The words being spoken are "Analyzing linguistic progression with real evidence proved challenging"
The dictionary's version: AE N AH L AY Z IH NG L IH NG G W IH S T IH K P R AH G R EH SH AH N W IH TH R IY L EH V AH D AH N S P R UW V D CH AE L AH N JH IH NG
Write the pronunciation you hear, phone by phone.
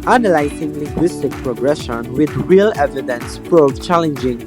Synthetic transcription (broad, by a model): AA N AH L AY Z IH NG L IH NG G W IH S T IH K P R AH G R EH SH AH N W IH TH R IY L EH V AH D AH N S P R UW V CH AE L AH N JH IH NG